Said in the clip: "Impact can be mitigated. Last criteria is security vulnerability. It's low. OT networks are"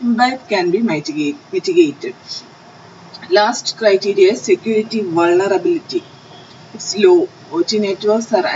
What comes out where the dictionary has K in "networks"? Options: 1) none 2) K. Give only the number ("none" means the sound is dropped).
1